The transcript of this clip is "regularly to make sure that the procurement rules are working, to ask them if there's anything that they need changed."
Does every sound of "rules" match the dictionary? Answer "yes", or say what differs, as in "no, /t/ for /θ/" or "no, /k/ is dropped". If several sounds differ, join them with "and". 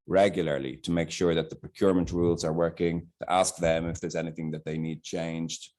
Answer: yes